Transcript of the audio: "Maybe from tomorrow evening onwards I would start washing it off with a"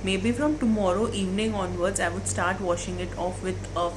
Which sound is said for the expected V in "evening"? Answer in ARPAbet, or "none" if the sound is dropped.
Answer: V